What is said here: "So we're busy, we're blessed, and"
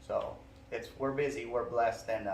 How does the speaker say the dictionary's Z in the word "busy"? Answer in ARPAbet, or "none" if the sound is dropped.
Z